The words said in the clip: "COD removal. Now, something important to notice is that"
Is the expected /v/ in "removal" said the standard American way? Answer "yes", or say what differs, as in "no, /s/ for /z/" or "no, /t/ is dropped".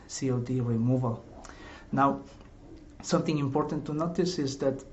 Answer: yes